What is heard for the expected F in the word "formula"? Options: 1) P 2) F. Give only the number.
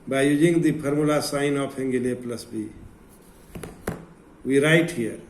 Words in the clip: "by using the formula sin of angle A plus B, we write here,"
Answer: 1